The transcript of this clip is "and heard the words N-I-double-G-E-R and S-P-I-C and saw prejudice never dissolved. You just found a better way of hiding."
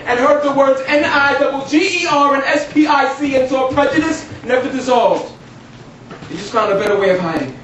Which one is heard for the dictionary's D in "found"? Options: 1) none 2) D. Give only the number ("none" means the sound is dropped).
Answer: 1